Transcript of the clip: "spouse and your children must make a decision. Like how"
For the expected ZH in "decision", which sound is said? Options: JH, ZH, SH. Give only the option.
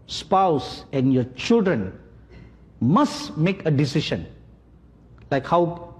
SH